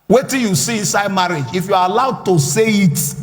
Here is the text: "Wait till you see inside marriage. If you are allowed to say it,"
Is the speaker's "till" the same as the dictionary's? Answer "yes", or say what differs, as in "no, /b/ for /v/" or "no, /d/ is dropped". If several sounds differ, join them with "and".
no, /n/ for /l/